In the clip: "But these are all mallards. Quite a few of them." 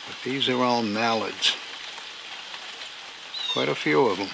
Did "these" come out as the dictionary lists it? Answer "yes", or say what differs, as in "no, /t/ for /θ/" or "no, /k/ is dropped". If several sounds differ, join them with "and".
yes